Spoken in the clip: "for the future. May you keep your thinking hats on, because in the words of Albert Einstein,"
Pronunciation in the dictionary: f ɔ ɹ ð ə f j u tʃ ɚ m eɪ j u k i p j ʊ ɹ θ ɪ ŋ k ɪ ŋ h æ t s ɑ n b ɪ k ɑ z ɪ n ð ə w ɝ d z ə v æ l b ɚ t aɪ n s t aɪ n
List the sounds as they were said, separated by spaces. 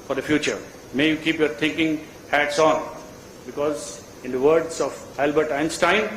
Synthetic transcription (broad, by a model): f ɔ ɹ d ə f j u tʃ ɚ m eɪ j u k i p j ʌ ɹ t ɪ ŋ k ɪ ŋ h æ t s ɑ n b ɪ k ɑ z ɪ n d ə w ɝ d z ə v æ l b ɚ t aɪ n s t aɪ n